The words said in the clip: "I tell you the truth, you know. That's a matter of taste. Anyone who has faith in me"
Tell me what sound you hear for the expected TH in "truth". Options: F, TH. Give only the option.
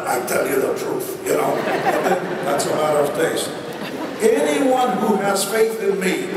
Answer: F